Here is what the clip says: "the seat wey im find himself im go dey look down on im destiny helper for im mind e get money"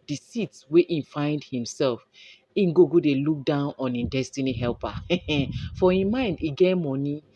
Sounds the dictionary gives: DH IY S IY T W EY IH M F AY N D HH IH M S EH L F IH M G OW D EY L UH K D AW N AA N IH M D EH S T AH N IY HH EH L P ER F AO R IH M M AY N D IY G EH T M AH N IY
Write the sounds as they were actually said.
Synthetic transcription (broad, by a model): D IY S IY T W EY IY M F AY N D HH IH M S EH L F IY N G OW D EY L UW K D AW N AA N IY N D EH S T AH N IY HH EH L P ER F AO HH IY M M AY N D IY G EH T M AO N IY